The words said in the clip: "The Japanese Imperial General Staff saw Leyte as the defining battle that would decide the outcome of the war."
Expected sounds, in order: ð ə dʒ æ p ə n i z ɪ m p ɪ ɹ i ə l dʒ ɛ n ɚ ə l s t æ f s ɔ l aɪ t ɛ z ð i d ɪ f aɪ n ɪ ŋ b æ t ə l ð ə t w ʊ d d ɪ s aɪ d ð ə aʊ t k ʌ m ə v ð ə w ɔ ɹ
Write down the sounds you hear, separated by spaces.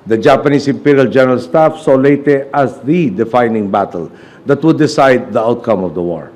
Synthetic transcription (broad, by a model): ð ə dʒ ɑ p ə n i s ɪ m p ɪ ɹ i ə l dʒ ɛ n ɚ ə l s t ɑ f s ɔ l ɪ t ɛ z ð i d ɪ f aɪ n ɪ ŋ b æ t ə l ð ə t w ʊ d d ɪ s aɪ d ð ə aʊ t k ʌ m ə v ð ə w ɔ ɹ